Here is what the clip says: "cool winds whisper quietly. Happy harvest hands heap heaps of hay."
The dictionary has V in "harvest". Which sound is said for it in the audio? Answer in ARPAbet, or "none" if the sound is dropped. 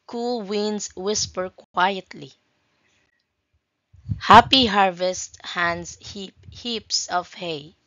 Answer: V